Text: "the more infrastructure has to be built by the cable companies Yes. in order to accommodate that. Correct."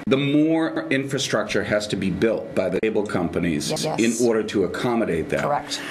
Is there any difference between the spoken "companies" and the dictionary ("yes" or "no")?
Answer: no